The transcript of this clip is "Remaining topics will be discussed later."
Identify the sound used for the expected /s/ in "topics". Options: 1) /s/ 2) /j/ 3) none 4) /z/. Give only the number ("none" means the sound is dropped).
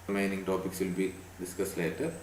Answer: 1